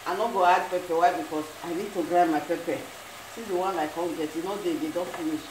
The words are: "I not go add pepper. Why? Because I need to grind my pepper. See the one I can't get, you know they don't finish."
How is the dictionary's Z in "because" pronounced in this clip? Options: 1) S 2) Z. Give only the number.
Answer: 1